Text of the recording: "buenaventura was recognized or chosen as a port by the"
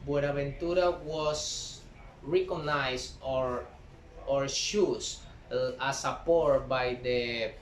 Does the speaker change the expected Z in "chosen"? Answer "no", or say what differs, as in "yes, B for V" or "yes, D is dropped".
yes, S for Z